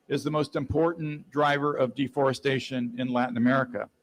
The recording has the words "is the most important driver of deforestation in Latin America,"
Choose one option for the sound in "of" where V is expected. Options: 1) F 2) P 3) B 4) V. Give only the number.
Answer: 4